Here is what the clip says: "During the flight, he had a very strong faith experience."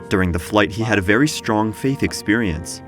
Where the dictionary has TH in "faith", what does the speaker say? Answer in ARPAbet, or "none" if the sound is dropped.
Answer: TH